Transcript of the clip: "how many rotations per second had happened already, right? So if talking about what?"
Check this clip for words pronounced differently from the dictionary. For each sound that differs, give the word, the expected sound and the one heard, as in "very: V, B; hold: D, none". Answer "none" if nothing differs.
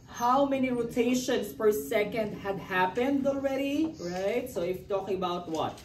rotations: Z, S